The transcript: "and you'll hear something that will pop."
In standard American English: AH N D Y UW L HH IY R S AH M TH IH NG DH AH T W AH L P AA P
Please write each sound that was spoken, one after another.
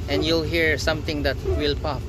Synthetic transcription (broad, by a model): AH N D Y UW L HH IY R S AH M T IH NG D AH T W AH L P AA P